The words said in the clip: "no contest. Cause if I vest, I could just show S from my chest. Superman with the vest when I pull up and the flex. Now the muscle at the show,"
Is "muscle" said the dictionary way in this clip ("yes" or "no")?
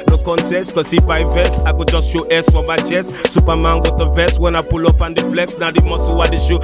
no